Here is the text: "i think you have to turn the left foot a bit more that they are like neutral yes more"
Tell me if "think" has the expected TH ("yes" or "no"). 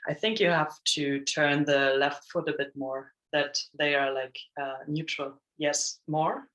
yes